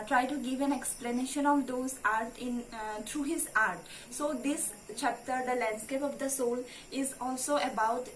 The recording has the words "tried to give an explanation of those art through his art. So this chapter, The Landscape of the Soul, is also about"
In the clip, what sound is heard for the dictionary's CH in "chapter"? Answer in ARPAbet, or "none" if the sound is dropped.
CH